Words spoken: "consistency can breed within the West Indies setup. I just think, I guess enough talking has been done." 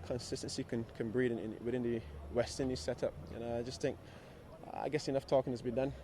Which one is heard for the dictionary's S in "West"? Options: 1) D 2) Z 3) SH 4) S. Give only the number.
4